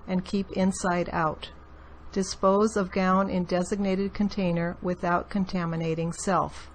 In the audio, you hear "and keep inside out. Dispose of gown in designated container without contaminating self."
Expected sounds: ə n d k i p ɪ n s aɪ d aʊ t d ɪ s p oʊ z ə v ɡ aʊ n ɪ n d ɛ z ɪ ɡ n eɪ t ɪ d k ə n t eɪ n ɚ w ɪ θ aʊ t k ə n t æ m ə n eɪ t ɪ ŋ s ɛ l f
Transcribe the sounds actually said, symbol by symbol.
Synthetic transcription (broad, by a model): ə n k i p ɪ n s aɪ d aʊ t d ɪ s p oʊ z ə v ɡ aʊ n ɪ n d ɛ z ɪ ɡ n eɪ t ɪ d k ə n t eɪ n ɚ w ɪ θ aʊ t k ə n t æ m ə n eɪ t ɪ ŋ s ɛ l f